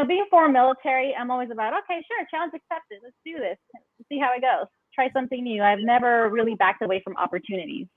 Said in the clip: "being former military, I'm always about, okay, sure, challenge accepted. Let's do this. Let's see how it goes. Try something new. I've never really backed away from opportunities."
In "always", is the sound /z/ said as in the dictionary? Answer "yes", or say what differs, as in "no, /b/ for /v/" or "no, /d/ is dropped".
yes